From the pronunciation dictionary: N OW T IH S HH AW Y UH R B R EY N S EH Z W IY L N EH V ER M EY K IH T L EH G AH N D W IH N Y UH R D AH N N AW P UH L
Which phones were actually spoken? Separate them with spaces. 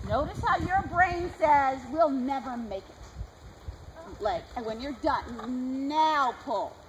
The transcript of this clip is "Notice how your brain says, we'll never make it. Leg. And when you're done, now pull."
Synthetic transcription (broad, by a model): N OW T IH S HH AW Y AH R B R EY N S EH Z W IY L N EH V ER M EY K IH T L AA AH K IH W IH N Y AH R D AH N N AW P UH L